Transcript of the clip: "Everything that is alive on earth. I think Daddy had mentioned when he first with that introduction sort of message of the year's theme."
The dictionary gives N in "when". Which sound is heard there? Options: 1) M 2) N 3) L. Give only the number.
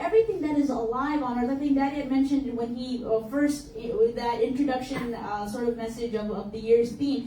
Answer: 2